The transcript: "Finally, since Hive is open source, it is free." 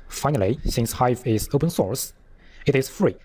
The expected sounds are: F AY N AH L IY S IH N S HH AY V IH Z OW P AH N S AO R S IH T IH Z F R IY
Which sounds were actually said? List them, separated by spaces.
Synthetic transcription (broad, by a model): F AY N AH L IY S IH N S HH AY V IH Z OW P AH N S AO R S IH T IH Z F R IY